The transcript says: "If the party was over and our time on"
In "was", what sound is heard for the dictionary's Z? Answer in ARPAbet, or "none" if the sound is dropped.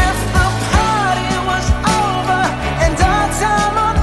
Z